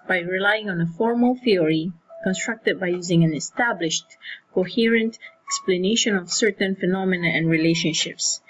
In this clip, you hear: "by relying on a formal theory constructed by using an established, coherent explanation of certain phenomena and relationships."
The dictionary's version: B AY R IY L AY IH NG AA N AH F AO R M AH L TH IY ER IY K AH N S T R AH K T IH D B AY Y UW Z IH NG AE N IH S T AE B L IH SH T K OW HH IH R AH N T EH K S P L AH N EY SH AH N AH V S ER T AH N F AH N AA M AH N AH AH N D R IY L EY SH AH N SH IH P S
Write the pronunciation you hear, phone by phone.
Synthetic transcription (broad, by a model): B AY R IY L AY IH NG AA N AH F AO R M AH L TH IY ER IY K AH N S T R AH K T IH D B AY Y UW Z IH NG AE N IH S T AE B L IH SH T K OW HH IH R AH N T EH K S P L AH N EY SH AH N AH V S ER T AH N F AH N AA M AH N AH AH N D R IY L EY SH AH N SH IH P S